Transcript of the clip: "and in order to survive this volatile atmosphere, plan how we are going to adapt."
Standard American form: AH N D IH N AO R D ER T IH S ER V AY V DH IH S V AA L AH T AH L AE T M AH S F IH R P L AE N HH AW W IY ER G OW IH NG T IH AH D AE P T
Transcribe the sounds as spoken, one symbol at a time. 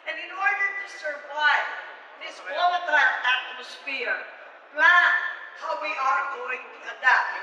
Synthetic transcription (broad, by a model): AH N IH N AO R D ER T IH S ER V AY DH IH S W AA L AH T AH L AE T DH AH S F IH R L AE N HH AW W IY ER G OW IH NG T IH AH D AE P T